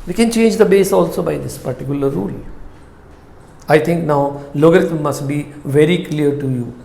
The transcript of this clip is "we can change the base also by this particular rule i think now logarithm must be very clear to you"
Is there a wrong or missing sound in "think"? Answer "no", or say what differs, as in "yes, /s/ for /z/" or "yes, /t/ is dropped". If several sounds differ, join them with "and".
yes, /t/ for /θ/